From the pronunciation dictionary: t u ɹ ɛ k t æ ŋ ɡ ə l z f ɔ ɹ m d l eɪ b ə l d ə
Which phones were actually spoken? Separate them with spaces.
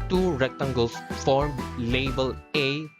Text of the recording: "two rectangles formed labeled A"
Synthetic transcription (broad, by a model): t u ɹ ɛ k t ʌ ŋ ɡ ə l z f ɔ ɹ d l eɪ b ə l ə